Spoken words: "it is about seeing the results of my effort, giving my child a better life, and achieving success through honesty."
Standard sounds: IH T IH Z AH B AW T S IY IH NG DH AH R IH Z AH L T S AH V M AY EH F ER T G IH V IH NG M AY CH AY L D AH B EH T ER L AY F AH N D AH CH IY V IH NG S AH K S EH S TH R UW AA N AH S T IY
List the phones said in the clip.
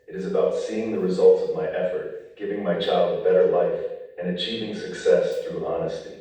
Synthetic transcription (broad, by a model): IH T IH Z AH B AW T S IY IH NG DH AH R IH Z AH L T S AH V M AY EH F ER T G IH V IH NG M AY CH AY L D AH B EH T ER L AY F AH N AH CH IY V IH NG S AH K S EH S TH R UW AA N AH S T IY